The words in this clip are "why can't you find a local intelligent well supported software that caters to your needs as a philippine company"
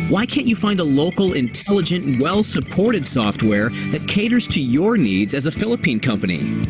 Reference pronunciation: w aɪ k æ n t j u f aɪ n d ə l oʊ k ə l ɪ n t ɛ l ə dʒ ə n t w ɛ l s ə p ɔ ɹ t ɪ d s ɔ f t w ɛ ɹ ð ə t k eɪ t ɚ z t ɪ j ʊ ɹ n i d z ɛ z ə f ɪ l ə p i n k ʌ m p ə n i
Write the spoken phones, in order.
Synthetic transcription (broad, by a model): w aɪ k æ n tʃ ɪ f aɪ n d ə l oʊ k l ɪ n t ɛ l ə dʒ ə n t w ɛ l s ə p ɔ ɹ t ɪ d s ɔ f t w ɛ ɹ ð ə t k eɪ t ɚ z t ɪ j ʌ ɹ n i d z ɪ z ə f ɪ l ə p i n k ʌ m p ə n i